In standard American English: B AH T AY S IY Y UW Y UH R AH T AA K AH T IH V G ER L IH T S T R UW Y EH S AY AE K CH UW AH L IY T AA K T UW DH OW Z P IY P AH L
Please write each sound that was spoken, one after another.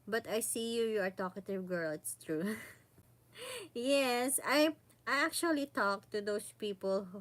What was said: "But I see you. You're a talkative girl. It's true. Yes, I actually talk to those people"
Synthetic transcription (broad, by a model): B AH T AY S IY Y UW Y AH R T AA K AH T IH V G ER L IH S T R UW Y EH S AY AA K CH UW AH L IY T AA K T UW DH OW S P IY P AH L